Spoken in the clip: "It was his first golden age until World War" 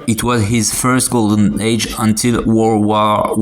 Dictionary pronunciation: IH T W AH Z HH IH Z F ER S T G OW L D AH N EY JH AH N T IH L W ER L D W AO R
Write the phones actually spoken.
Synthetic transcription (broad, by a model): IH T W AH Z HH IH Z F ER S T G OW L D AH N EY JH AH N T IH L W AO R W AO